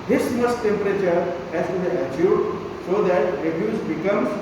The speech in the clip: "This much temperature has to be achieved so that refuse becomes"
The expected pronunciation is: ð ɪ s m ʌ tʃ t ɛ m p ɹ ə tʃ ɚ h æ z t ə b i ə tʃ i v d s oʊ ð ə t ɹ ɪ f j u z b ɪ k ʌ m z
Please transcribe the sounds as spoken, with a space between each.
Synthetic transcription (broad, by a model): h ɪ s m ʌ s t ɛ m p ɹ ə tʃ ɚ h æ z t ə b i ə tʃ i d s oʊ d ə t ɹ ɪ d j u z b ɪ k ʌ m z